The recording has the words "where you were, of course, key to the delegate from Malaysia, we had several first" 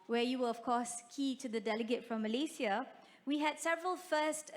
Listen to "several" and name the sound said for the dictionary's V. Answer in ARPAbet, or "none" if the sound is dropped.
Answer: V